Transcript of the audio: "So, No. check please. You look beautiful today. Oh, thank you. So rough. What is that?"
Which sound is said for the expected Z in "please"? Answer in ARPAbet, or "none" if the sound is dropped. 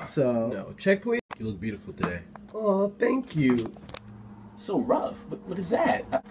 none